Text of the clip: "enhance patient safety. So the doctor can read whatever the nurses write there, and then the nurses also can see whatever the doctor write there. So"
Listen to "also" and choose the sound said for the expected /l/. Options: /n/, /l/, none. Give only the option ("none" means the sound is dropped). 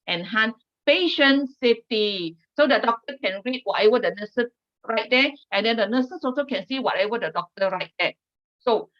none